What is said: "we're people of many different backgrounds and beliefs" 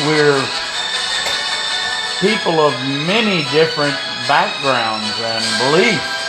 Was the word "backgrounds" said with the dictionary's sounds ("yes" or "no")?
yes